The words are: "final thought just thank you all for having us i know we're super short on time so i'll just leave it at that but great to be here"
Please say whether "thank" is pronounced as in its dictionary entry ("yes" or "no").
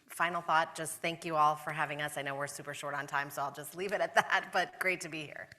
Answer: yes